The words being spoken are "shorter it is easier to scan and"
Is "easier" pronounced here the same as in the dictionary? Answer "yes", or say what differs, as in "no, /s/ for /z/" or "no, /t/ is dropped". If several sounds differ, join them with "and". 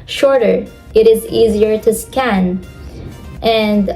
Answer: yes